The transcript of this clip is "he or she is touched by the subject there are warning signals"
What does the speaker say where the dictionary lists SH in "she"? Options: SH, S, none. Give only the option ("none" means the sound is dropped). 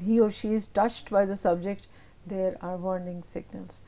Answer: SH